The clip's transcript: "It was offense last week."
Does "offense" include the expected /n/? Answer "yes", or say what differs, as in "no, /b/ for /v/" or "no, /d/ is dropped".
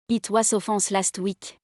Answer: no, /n/ is dropped